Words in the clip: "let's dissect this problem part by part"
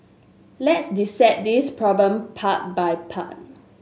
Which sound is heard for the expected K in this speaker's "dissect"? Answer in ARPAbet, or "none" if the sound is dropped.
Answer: none